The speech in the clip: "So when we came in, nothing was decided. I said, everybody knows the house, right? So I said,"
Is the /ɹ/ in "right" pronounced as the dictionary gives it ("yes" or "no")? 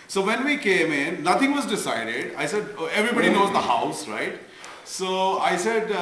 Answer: yes